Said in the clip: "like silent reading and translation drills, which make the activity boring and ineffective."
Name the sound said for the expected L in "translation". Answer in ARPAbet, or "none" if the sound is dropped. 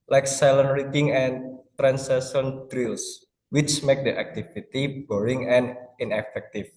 none